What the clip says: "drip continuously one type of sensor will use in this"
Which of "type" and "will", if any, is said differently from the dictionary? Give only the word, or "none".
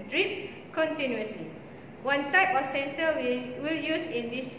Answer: type